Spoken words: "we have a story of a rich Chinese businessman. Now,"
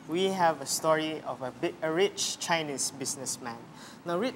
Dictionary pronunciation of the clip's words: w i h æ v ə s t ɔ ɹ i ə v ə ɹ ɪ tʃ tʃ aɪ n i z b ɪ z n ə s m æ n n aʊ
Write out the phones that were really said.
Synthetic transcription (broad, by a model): w i h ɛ v ə s t ɔ ɹ i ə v ə ɹ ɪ tʃ tʃ aɪ n i s b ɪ s n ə s m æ n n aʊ